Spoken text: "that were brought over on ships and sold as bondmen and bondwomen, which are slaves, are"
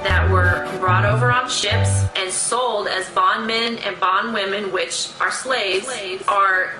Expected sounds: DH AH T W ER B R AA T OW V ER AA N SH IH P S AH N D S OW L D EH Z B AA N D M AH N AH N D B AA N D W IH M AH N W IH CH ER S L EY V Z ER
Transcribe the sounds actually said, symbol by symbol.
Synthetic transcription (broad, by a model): DH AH T W ER B R AA T OW V ER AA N SH IH P S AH N S OW L D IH Z B AA N M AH N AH N B AA N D W IH M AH N W IH CH ER S L EY V Z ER